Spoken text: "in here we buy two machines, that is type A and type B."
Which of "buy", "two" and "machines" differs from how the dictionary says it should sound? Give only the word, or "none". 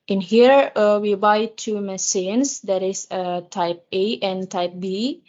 machines